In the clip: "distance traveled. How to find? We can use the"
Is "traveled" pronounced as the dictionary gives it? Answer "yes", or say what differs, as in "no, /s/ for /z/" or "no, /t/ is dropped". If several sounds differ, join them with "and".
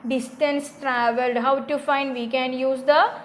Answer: yes